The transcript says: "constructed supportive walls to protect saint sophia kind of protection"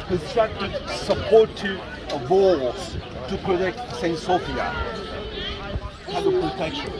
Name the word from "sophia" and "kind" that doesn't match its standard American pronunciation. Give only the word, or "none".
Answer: kind